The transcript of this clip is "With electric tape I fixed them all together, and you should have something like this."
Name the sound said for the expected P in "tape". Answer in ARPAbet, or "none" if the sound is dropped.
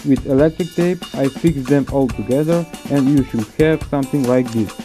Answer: P